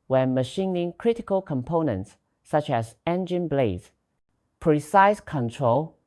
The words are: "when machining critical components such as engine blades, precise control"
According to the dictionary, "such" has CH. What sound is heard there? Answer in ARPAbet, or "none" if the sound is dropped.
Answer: CH